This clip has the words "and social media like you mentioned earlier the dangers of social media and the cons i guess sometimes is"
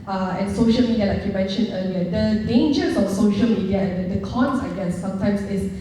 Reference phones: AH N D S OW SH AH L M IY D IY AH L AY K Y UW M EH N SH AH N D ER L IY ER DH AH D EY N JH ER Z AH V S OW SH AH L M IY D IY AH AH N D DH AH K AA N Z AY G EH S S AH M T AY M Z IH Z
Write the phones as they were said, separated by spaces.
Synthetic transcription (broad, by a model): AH N S OW SH AH L M IY D IY AH L AY K Y UW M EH N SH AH N ER L IY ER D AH D EY N JH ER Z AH F S OW SH AH L M IY D IY AH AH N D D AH K AA N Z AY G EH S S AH M T AY M S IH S